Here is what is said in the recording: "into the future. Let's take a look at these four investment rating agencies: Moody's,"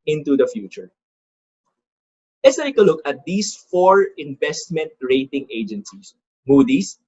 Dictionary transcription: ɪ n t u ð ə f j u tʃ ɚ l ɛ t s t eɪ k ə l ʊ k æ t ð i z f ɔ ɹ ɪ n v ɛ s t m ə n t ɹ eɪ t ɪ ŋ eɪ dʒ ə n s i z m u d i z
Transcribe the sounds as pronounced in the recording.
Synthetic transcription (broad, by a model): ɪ n t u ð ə f j u tʃ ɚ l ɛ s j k ə l ʊ k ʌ t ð i s f ɔ ɹ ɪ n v ɛ s t m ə n t ɹ eɪ t ɪ ŋ eɪ dʒ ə n s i s m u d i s